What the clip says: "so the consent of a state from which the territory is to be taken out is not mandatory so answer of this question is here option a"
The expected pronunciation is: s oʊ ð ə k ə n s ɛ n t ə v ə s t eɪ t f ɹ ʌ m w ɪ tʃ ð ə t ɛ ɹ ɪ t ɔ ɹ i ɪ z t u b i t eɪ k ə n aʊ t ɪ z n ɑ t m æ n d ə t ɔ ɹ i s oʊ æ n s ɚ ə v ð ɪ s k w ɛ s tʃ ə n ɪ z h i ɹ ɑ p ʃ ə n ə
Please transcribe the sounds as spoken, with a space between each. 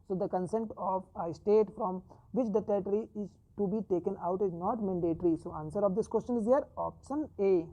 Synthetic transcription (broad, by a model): s oʊ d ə k ə n s ɛ n t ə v ə s t eɪ t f ɹ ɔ m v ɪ tʃ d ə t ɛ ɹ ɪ t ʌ ɹ i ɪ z t u b i t eɪ k ə n aʊ t ɪ z n ɑ t m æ n d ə t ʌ ɹ i s oʊ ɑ n s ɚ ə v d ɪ s k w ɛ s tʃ ə n ɪ z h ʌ ɹ ɑ p ʃ ə n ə